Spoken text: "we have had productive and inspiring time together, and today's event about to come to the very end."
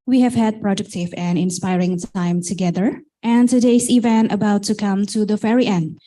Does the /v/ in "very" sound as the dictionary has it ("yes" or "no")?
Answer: no